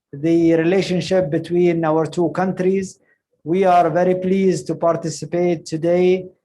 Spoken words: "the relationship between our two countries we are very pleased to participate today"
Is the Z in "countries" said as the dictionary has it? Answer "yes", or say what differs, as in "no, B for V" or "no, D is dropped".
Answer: yes